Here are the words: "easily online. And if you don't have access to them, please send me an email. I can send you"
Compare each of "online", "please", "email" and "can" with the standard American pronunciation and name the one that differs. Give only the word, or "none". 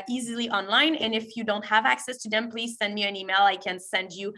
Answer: none